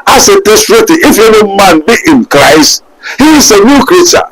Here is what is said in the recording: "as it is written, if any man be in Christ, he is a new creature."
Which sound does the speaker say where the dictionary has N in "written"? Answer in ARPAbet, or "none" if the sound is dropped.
none